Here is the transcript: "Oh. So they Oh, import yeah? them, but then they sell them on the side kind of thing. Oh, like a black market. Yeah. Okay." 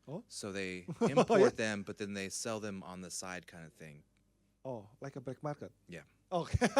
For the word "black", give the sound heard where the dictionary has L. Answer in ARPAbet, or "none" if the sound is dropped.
none